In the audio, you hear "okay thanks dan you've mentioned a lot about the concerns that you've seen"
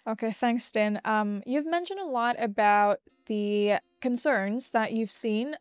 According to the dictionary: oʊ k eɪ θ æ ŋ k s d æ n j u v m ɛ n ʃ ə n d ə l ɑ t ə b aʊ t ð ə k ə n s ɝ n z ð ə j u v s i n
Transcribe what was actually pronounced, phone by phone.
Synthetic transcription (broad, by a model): oʊ k eɪ θ æ ŋ k s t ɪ n j u v m ɛ n ʃ ə n d ə l ɑ t ə b aʊ t ð ə k ə n s ɝ n z ð ə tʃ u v s i n